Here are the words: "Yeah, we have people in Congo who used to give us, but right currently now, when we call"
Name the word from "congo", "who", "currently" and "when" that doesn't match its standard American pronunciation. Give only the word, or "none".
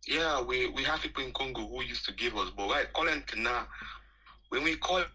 currently